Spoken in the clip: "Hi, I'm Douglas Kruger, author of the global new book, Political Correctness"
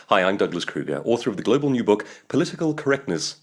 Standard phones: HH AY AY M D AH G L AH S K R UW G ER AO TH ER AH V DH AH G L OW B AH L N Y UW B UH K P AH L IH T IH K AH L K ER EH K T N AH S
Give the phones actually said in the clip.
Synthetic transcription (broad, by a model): HH AY AY M D AH G L AH S K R UW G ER AO TH ER AH V DH AH G L OW B AH L N Y UW B UH K P AH L IH T IH K AH L K ER EH K T N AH S